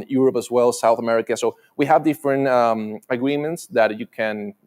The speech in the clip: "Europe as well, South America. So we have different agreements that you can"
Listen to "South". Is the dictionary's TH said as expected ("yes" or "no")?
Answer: yes